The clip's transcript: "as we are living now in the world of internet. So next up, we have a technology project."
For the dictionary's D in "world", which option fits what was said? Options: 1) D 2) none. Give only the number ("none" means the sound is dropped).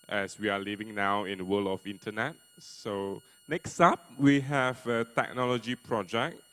2